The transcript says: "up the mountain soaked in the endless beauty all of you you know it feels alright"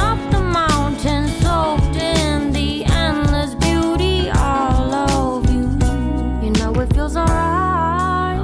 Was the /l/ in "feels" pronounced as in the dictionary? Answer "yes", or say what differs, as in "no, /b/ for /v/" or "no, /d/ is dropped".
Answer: no, /l/ is dropped